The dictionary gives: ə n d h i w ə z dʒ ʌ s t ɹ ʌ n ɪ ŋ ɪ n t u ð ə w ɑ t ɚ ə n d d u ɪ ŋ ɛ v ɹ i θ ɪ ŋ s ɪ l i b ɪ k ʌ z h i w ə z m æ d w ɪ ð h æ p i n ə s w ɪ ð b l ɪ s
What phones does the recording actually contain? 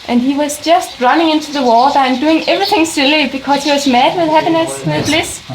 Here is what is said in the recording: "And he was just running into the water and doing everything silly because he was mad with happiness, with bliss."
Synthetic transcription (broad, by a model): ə n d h i w ə z dʒ ʌ s t ɹ ʌ n ɪ ŋ ɪ n t u ð ə w ɑ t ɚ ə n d d u ɪ ŋ ɛ v ɹ i θ ɪ ŋ s ɪ l i b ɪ k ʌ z h i w ə z m æ d w ɪ ð h æ p i n ə s w ɪ ð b l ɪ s